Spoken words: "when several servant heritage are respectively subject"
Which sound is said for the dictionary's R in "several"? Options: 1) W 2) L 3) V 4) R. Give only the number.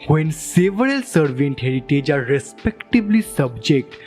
2